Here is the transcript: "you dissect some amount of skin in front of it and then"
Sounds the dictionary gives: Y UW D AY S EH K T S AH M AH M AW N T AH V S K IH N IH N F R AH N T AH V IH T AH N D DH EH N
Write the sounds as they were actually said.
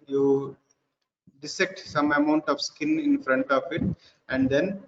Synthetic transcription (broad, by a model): Y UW D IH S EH K T S AH M AH M AW N T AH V S K IH N IH N F R AH N T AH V IH T AH N D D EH N